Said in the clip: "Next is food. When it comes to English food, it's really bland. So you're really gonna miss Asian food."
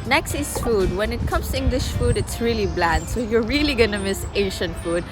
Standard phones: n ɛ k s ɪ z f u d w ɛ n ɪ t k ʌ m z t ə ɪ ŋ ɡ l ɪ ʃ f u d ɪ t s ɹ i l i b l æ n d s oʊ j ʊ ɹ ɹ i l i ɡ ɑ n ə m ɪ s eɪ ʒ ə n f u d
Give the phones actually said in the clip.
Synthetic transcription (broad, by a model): n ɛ k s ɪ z f u d w ɛ n ɪ t k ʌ m s t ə ɪ ŋ ɡ l ɪ ʃ f u d ɪ t s ɹ i l i b l æ n d s oʊ j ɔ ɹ ɹ i l i ɡ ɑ n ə m ɪ s eɪ ʃ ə n f u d